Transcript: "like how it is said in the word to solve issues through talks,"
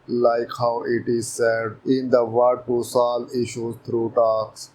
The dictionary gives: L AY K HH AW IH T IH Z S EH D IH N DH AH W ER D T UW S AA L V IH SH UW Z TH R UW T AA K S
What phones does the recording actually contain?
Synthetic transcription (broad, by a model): L AY K HH AW IH T IH Z S EH D IH N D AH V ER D T UW S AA L IH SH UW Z T R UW T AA K S